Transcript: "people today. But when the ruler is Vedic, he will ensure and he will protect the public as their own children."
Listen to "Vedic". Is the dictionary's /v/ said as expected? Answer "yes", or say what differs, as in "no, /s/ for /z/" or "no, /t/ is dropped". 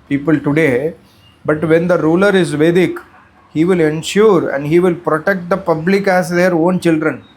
yes